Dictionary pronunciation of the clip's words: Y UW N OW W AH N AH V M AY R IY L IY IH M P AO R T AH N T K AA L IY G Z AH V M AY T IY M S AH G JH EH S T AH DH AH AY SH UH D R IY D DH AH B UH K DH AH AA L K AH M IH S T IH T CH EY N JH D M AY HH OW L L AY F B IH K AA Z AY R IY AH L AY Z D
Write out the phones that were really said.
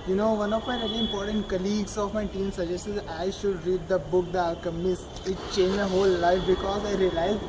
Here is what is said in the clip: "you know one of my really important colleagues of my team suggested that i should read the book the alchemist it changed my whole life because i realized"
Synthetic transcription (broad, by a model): Y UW N OW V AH N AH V M AY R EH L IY IH M P AO R T AH N T K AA L IY G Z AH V M AY T IY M S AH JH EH S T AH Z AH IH SH UH D R IY D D AH B UH K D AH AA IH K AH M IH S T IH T CH EY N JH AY HH OW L L AY F B IH K AA Z AY R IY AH L AY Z